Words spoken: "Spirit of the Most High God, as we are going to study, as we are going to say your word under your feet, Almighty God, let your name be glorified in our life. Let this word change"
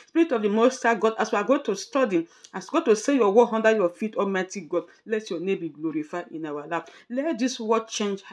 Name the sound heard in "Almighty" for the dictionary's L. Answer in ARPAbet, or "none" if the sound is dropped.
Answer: none